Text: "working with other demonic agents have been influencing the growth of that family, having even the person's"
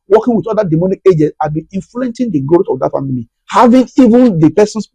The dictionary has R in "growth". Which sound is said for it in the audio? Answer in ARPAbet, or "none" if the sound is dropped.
none